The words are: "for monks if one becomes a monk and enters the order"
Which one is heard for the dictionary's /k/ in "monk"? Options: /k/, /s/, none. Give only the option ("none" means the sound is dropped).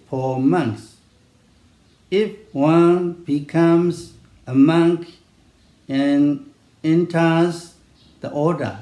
/k/